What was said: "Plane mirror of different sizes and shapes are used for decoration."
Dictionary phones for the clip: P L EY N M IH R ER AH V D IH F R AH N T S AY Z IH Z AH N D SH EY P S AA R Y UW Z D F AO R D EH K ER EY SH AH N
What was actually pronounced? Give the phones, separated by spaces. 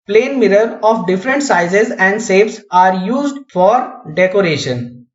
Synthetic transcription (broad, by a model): P L EY N M IH R ER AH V D IH F R AH N T S AY Z IH Z AH N D S EY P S AA R Y UW Z D F AO R D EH K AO EY SH AH N